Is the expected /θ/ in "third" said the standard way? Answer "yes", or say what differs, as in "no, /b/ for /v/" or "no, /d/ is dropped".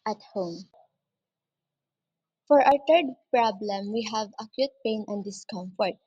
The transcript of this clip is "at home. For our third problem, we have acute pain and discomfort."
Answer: no, /t/ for /θ/